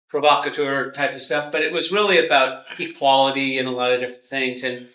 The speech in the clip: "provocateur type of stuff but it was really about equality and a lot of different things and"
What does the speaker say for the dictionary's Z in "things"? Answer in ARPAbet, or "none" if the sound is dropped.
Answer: Z